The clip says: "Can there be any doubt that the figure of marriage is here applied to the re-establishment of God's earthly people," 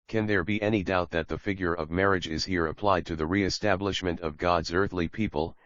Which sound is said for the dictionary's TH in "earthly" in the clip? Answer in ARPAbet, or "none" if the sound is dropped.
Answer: TH